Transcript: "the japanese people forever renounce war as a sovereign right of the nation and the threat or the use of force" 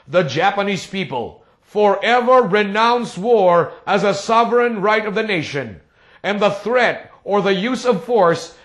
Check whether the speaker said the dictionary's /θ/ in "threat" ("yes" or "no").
yes